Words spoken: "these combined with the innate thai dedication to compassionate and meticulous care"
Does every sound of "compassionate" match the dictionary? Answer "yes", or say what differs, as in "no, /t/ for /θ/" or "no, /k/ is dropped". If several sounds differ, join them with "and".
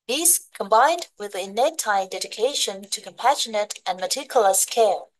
yes